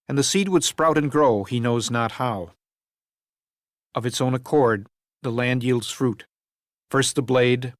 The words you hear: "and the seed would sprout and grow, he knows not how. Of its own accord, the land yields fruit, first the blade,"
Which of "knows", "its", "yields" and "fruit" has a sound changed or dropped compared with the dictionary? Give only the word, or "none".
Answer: none